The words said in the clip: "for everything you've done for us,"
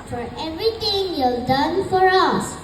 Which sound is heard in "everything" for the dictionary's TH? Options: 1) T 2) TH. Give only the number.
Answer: 1